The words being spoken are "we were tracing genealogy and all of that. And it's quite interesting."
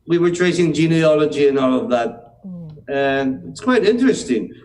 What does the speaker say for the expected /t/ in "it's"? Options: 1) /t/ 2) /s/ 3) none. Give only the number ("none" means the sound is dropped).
1